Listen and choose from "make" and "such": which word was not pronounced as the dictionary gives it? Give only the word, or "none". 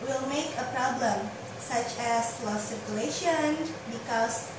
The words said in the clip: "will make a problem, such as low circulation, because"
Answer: none